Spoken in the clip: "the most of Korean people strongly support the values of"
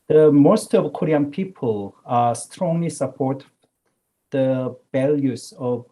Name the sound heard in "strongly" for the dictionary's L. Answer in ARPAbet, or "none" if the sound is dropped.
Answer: L